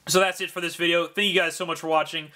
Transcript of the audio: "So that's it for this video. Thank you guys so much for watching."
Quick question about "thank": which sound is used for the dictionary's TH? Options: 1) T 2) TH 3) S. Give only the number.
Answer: 2